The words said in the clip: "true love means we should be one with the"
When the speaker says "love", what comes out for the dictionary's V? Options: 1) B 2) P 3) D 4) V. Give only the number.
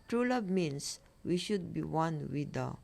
1